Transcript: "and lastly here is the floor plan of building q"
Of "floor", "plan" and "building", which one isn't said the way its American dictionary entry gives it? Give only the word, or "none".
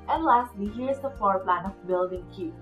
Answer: floor